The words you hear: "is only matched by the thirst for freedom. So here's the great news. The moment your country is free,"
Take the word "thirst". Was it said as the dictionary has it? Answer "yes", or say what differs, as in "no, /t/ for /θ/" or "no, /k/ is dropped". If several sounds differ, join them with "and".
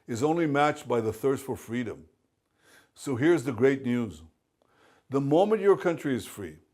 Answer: yes